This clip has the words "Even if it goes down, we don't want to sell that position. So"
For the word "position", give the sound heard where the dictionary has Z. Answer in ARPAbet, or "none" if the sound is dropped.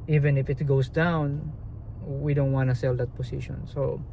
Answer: S